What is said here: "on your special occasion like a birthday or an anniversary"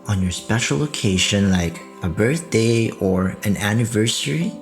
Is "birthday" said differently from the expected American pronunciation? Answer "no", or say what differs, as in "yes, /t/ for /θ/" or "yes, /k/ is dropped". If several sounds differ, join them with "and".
no